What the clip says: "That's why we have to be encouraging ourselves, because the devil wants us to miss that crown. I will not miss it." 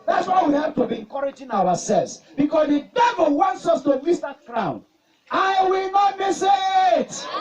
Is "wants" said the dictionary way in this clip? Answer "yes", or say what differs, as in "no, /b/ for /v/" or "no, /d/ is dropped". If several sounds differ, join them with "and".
yes